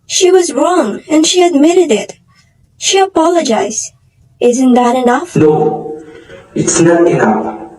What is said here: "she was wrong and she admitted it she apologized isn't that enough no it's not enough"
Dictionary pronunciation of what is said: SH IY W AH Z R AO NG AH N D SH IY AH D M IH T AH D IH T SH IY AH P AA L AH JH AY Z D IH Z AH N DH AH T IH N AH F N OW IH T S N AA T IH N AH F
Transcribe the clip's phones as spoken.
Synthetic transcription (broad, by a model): SH IY W AH Z R AO NG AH N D SH IY AH D M IH T AH D IH T SH IY AH P AA L AH JH AY Z D IH Z AH N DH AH T IH N AH F N OW IH T S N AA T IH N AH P